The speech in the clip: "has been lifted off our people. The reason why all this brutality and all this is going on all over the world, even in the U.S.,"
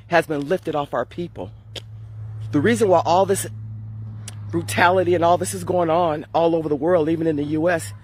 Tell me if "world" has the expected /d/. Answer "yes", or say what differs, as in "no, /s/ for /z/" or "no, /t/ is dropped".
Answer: yes